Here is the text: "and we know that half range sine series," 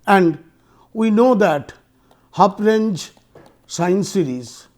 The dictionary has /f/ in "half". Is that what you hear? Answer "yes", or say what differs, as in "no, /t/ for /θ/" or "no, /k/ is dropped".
no, /p/ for /f/